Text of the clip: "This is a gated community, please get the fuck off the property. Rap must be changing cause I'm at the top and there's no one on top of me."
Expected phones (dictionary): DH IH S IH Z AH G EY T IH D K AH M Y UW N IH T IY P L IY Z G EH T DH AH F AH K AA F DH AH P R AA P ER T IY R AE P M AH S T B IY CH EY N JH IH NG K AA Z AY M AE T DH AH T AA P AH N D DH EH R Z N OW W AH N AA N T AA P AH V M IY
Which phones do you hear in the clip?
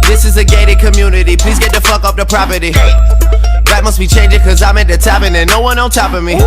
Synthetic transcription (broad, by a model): DH IH S IH Z AH G EY T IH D K AH M Y UW N IH T IY P L IY Z G EH T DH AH F AH K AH P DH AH P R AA P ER T IY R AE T M AH S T B IY CH EY N JH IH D K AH Z AY M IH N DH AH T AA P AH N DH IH N OW W AH N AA L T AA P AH M IY